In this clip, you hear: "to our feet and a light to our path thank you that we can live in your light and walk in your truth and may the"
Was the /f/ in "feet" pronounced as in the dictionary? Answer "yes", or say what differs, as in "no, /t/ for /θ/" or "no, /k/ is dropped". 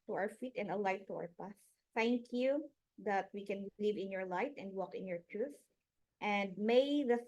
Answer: yes